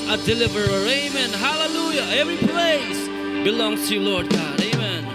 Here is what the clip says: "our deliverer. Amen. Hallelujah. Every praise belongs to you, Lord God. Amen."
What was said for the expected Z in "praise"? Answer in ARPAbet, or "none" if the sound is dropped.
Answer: S